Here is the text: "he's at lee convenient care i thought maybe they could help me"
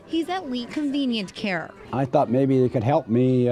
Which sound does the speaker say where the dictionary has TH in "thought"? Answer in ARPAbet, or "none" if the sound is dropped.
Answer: TH